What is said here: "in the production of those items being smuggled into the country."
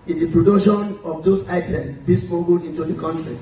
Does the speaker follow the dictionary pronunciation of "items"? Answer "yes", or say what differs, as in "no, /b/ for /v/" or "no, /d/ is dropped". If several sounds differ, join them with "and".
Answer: no, /z/ is dropped